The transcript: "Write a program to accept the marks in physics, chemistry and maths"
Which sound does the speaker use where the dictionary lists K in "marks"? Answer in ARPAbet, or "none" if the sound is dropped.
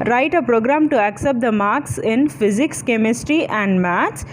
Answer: K